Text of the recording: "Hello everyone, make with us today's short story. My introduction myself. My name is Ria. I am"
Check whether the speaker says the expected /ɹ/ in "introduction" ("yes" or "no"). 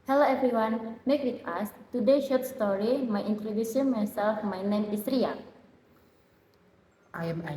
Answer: no